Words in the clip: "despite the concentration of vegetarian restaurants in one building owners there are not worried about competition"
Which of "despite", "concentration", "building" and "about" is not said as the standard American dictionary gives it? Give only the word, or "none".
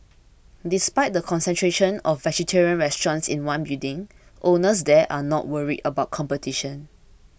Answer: building